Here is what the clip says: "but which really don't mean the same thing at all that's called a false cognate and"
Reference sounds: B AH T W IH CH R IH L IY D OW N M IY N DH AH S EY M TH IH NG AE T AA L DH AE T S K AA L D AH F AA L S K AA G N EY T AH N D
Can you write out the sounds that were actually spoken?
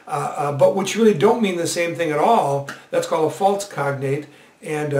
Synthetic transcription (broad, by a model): B AH T W IH CH R IH L IY D OW N M IY N DH AH S EY M TH IH NG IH T AA L DH AE T S K AA L D AH F AA L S K AA G N EY T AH N